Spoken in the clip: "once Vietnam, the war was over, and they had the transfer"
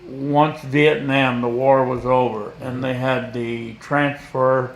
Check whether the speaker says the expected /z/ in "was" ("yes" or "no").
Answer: yes